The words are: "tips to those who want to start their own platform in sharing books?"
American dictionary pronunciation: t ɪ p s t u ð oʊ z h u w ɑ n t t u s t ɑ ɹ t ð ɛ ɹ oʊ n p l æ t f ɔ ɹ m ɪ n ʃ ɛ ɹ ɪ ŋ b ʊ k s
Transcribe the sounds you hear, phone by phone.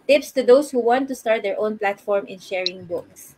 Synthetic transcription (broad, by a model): t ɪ p s t u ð oʊ s h u w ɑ n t t u s t ɑ ɹ t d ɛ ɹ oʊ n p l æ t f ɔ ɹ m ɪ n ʃ ɛ ɹ ɪ ŋ b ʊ k s